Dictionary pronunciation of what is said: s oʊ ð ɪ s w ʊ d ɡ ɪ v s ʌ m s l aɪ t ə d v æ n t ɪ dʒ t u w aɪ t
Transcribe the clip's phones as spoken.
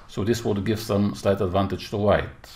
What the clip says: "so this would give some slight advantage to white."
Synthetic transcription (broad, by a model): s oʊ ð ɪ s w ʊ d ɡ ɪ v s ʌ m s l aɪ t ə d v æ n t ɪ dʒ t u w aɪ t